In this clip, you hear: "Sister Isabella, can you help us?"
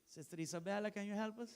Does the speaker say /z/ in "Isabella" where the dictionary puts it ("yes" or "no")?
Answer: no